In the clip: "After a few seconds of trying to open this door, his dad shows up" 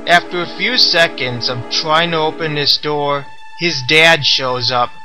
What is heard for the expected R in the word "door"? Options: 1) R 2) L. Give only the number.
1